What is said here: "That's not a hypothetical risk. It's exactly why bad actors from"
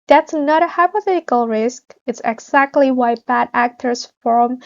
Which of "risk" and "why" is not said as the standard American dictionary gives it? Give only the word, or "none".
none